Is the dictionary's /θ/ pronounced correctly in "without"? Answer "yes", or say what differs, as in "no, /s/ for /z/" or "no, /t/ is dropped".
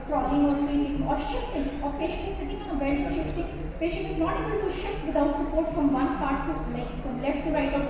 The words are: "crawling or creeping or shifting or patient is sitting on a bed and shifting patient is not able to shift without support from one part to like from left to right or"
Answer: no, /t/ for /θ/